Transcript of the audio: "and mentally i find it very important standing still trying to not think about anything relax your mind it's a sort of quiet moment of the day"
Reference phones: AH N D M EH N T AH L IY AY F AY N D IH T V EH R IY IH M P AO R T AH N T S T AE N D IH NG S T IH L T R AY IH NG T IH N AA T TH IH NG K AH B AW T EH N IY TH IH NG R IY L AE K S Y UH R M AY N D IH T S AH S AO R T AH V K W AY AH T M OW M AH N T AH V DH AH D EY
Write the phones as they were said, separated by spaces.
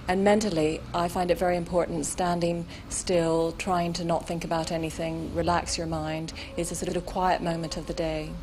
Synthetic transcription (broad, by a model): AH N M EH N T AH L IY AY F AY N D IH T V EH R IY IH M P AO R T N T S T AE N D IH NG S T IH L T R AY IH NG T IH N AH T TH IH NG K AH B AW T EH N IY TH IH NG R IY L AE K S Y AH R M AY N D IH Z S AH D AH R T AH V K W AY AH T M OW M AH N T AH V DH AH D EY